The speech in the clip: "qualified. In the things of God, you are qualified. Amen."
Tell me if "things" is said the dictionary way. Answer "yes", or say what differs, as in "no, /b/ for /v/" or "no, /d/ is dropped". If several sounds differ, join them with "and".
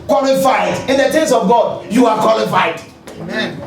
no, /t/ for /θ/